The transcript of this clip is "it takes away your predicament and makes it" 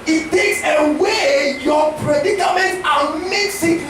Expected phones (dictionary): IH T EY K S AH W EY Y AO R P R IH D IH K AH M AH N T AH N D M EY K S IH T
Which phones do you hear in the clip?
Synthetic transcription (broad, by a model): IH T EY K S AH W EY Y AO P R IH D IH K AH M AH N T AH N M EY K S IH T